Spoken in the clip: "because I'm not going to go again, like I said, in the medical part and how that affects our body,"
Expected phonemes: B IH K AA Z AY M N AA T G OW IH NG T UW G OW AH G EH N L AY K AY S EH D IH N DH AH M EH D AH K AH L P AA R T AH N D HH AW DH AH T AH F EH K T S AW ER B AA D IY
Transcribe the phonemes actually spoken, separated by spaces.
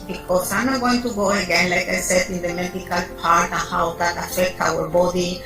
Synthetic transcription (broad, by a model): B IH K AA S AY M N AA T G OW IH NG T UW G OW AH G EH N L AY K AY S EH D IH N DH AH M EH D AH K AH L P AA R T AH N HH AW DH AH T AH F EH K T AW ER B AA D IY